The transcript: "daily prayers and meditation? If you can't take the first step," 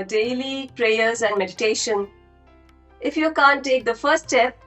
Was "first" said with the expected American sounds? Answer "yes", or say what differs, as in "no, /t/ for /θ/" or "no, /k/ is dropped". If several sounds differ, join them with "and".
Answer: yes